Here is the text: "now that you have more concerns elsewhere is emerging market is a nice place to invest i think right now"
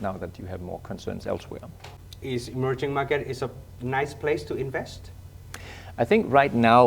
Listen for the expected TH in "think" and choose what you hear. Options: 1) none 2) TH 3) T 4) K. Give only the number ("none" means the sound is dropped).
2